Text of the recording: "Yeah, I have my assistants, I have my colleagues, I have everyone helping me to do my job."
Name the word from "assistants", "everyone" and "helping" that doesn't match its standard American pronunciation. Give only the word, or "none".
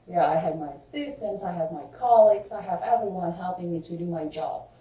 none